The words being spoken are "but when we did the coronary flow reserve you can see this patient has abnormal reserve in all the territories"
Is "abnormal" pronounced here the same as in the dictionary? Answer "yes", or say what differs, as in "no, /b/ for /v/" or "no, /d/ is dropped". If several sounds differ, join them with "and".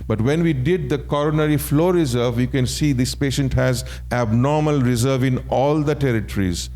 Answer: yes